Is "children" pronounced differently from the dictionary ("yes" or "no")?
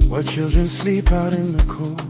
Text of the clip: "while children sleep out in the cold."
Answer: no